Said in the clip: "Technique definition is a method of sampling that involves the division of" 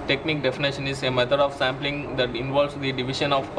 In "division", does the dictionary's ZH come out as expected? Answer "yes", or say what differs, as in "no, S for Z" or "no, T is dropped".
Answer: no, SH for ZH